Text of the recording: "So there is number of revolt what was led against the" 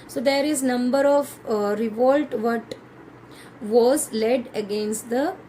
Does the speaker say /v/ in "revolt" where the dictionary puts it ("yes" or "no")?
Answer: yes